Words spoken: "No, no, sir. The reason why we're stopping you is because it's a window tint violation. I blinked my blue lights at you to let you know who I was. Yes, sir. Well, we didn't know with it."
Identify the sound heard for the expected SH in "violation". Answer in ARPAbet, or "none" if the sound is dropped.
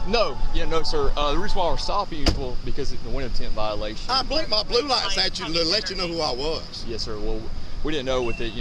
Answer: none